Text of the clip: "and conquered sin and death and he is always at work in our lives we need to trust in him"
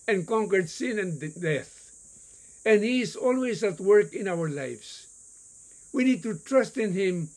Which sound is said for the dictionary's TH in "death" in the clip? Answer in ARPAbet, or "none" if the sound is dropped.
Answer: TH